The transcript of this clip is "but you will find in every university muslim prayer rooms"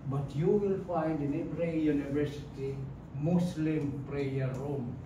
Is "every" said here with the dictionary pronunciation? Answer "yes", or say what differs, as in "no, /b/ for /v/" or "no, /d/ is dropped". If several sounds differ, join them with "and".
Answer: no, /p/ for /v/